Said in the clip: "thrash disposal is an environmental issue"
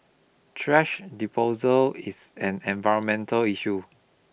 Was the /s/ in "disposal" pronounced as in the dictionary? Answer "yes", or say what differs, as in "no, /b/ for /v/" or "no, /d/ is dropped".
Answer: no, /s/ is dropped